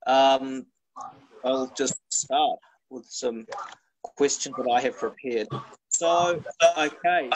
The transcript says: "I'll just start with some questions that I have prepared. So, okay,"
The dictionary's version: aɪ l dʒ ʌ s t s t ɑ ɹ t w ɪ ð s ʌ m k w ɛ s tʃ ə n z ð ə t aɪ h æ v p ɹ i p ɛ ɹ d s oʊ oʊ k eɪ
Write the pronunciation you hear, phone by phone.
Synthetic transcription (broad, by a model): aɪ l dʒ ʌ s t s t ɑ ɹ t w ɪ ð s ʌ m k w ɛ s tʃ ə n z ð ə t aɪ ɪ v p ɹ i p ɛ ɹ d s oʊ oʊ k eɪ